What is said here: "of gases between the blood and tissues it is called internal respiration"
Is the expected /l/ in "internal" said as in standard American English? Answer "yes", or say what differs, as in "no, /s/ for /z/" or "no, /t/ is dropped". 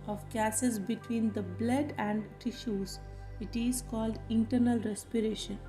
yes